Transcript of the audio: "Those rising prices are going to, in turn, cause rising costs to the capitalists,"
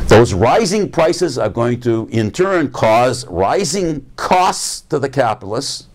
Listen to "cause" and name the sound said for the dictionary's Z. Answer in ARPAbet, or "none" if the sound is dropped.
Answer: Z